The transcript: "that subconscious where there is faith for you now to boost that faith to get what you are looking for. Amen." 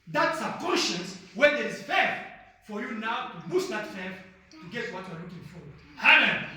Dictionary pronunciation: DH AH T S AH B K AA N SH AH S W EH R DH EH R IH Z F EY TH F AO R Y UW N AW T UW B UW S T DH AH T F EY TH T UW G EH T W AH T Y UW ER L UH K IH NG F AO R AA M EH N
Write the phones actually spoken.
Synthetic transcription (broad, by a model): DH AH T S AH K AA N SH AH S W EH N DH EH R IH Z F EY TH F AO R Y UW N AW T UW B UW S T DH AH T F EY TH T UW G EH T W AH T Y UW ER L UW K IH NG F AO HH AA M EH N